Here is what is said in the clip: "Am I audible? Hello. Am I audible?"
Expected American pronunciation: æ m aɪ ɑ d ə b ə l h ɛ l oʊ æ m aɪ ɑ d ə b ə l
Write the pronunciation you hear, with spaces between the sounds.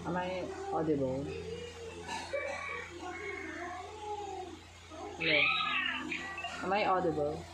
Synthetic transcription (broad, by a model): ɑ m aɪ ɑ d ə b ə l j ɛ oʊ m aɪ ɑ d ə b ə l